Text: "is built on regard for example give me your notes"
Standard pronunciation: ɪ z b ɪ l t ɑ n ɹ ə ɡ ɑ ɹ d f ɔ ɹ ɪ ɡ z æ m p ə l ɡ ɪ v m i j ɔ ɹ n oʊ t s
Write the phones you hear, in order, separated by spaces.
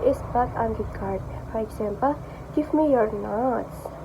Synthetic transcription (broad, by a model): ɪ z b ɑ t ɑ n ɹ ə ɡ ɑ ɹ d f ɔ ɹ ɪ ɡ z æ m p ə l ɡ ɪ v m i j ɔ ɹ n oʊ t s